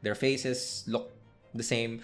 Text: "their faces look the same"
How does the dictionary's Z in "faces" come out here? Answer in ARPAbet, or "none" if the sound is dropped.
S